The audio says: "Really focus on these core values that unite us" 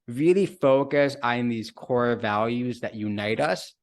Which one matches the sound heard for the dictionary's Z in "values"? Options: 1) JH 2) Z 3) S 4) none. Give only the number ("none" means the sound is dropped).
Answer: 2